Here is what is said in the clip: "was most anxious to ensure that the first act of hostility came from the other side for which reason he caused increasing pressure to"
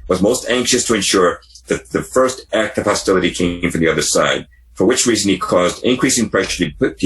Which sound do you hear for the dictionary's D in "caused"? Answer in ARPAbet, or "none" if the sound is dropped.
D